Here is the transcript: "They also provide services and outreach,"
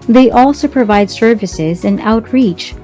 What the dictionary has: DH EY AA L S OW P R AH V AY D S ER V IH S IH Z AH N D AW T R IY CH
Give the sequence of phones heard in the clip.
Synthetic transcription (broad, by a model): DH EY AA L S OW P R AH V AY D S ER V IH S IH Z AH N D AW T R IY CH